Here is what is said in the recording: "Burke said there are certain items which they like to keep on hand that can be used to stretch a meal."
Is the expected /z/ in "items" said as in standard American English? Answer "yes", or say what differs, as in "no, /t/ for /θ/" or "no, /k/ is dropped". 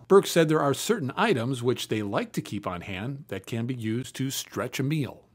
yes